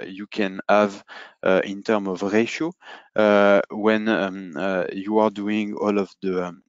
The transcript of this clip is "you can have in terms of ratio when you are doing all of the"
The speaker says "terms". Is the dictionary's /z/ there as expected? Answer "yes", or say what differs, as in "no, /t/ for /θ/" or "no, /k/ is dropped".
no, /z/ is dropped